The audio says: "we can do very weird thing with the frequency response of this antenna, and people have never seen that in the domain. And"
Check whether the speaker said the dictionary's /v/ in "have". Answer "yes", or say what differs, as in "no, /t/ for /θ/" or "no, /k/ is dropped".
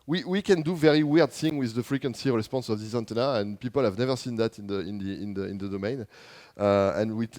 yes